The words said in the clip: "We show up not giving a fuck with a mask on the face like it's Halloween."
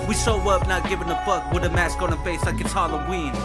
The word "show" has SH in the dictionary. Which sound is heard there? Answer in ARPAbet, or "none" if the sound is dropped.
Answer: S